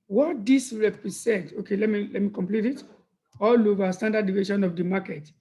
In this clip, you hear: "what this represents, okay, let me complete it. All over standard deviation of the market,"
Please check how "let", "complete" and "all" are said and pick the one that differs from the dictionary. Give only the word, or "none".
none